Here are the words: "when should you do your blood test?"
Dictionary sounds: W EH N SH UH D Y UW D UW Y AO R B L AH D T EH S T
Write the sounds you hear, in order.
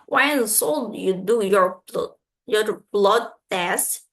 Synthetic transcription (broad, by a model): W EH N S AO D Y UW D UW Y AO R B L AH D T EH S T